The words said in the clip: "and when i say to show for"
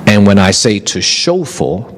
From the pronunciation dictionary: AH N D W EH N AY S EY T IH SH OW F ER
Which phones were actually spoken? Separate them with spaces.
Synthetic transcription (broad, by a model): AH N W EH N AY S EY T IH SH OW F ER